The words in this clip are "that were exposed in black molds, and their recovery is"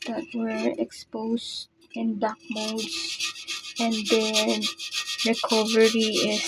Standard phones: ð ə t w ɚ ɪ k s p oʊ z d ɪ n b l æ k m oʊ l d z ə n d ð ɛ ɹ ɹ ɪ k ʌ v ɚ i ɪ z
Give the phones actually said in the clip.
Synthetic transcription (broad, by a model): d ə t w ɚ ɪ k s p oʊ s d ɪ n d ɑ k m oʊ d s ə n d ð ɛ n ɹ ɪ k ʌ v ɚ i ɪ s